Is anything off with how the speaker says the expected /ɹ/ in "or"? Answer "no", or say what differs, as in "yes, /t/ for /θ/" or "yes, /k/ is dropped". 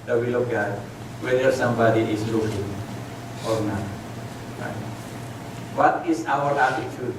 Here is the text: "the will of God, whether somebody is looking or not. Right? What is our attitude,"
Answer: no